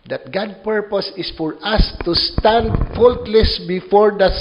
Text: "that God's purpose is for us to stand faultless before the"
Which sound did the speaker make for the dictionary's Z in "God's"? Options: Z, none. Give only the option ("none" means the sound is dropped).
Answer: none